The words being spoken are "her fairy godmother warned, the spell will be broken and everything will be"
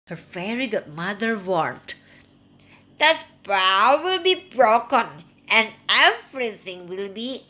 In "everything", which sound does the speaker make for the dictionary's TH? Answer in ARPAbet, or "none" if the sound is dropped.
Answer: S